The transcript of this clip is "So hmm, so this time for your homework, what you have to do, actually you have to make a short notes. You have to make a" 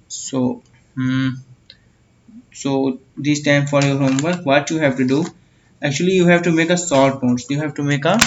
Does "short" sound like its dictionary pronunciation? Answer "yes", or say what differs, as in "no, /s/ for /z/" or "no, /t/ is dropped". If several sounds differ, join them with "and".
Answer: no, /s/ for /ʃ/